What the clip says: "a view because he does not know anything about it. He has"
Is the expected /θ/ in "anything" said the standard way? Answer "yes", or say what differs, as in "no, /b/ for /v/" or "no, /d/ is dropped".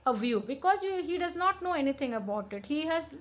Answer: no, /t/ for /θ/